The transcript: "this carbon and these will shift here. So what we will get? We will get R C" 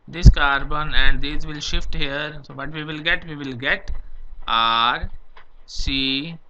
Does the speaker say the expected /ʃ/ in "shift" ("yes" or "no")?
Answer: yes